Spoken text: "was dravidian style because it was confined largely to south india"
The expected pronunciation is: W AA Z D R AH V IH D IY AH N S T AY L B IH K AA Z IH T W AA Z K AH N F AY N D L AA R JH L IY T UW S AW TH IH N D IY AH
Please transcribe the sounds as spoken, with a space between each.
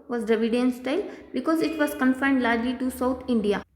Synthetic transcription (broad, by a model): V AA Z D AH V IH D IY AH N S T AY L B IH K AA Z IH T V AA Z K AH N F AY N D L AA R JH L IY T UW S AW T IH N D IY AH